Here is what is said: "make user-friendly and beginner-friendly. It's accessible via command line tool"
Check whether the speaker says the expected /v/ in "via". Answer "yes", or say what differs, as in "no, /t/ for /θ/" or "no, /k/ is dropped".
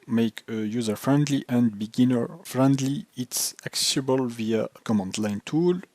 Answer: yes